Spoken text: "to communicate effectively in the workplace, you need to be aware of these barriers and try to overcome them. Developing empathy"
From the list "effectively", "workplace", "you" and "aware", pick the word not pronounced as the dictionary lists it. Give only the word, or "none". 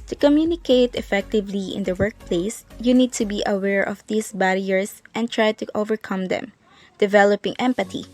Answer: none